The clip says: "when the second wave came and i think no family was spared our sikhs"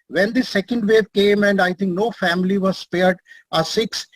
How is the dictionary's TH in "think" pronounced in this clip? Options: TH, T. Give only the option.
T